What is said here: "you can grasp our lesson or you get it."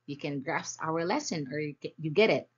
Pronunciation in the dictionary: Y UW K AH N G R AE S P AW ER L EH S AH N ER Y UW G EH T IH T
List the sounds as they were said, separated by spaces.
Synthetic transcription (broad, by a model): Y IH K AH N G R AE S AW ER L EH S AH N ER Y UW G EH T IH T